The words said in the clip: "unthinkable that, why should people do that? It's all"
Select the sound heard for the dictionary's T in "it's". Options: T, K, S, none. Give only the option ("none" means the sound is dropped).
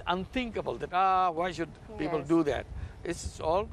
S